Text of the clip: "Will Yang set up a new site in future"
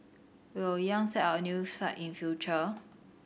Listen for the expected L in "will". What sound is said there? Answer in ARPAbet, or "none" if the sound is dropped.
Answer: W